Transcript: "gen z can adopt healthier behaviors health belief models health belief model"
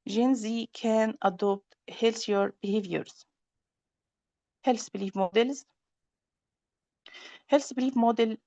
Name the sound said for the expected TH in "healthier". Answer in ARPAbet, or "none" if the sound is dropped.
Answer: S